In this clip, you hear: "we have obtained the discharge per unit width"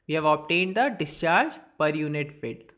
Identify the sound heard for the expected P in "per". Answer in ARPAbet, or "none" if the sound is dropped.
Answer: P